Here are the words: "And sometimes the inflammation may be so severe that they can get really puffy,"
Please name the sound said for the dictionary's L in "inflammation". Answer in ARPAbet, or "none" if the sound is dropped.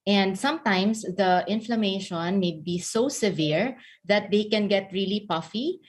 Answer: L